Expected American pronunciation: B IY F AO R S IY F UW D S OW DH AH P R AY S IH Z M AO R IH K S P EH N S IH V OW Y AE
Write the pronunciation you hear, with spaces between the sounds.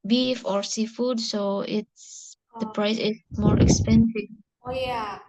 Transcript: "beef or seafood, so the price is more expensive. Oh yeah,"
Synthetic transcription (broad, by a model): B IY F AO R S IY F UW D S OW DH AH P R AY S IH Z M AO R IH K S P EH N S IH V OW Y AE